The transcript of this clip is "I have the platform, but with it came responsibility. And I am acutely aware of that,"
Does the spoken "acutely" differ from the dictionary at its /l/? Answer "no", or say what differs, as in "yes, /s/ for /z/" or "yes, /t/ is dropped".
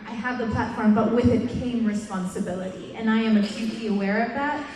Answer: yes, /l/ is dropped